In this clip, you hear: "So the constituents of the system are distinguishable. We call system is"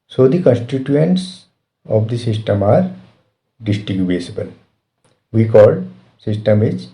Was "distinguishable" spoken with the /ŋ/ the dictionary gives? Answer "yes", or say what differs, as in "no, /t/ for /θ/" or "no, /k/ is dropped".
no, /ŋ/ is dropped